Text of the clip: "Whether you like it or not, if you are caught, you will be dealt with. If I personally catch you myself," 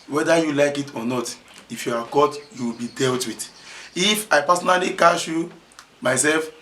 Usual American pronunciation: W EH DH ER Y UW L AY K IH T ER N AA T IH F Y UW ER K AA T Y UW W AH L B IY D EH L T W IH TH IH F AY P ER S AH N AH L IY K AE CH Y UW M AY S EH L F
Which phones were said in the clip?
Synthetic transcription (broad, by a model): W EH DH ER Y UW L AY K IH T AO N AA T IH F Y UW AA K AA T Y UW W AH L B IY D EH L T W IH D IH F AY P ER S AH N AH L IY K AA SH Y UW M AY S EH L F